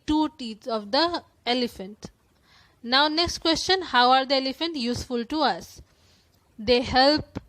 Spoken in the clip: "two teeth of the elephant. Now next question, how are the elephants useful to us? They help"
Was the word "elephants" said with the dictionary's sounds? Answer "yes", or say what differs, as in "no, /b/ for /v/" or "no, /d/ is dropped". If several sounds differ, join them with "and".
no, /s/ is dropped